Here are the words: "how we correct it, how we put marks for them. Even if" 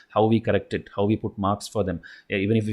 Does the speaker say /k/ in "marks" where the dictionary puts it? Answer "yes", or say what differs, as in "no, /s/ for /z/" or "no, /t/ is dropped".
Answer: yes